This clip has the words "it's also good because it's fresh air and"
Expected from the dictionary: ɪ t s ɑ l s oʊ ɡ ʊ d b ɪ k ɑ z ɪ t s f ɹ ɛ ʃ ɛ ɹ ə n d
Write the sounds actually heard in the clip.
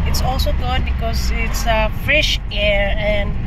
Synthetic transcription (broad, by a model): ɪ t s ɑ l s oʊ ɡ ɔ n b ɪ k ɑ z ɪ t s f ɹ ɛ ʃ ɛ ɹ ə n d